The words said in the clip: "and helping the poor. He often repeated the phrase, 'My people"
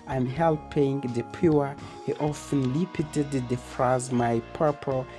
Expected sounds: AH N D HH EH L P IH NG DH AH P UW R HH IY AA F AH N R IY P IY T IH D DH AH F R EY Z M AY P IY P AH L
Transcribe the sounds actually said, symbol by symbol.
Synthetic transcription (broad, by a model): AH N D HH EH L P IH NG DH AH P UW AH HH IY AA F AH N L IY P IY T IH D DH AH F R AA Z M AY P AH P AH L